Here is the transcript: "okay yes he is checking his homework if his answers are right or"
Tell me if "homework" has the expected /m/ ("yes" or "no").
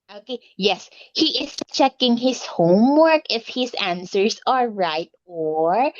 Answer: yes